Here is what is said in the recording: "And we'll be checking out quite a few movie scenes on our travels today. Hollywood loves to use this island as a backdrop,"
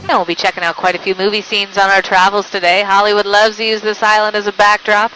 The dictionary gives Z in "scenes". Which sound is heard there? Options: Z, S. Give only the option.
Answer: Z